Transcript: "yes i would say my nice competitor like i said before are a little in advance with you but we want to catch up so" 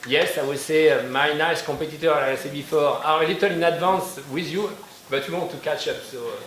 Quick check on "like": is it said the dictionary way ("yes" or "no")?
no